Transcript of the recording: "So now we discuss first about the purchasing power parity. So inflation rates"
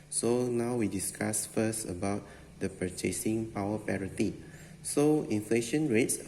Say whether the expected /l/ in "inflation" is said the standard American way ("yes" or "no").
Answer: yes